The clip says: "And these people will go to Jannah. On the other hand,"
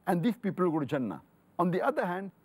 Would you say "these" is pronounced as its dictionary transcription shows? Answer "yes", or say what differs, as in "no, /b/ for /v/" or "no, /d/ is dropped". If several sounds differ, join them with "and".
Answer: no, /s/ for /z/